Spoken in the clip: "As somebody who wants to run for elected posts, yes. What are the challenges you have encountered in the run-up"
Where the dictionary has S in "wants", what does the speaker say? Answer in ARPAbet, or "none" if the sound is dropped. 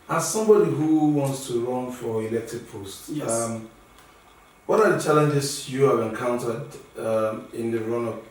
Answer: S